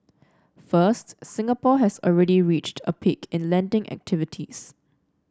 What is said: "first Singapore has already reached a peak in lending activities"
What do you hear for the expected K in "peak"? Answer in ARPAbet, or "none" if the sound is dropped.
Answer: K